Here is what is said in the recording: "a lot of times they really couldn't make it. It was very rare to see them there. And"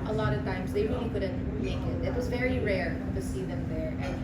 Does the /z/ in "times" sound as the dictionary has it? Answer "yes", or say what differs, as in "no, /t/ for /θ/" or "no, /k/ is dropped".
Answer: yes